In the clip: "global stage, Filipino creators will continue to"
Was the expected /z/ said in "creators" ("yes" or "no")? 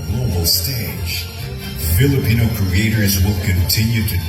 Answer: yes